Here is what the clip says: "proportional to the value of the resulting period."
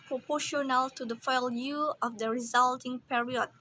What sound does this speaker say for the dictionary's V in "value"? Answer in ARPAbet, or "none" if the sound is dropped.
F